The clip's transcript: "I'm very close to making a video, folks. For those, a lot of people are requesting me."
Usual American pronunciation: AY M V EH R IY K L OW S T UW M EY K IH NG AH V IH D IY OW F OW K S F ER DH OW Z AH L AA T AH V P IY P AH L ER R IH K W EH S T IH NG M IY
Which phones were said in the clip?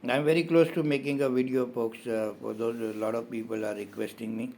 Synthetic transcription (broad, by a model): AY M V EH R IY K L OW S T UW M EY K IH NG AH V IH D IY OW P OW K S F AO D OW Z L AA T AH V P IY P AH L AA R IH K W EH S T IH NG M IY